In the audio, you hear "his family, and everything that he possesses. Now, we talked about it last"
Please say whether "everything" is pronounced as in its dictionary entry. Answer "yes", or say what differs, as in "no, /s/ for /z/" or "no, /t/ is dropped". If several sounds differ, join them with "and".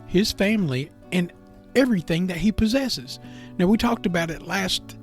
yes